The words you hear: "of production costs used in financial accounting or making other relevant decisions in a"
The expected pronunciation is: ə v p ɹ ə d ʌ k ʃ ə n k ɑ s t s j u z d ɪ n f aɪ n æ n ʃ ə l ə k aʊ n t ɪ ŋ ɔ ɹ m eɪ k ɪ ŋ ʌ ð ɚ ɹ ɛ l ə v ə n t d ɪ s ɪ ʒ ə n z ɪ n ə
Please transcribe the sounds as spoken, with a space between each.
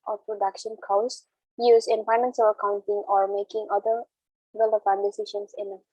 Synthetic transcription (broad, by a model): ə p ɹ ə d ʌ k ʃ ə n k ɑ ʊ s j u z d ɪ n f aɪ n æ n s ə ə k aʊ n t ɪ ŋ ɔ ɹ m eɪ k ɪ ŋ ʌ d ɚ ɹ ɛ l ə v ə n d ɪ s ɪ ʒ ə n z ɪ n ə